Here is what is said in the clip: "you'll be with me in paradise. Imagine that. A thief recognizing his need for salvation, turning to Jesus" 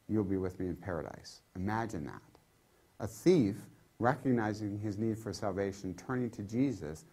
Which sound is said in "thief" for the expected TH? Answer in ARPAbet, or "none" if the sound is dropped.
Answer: TH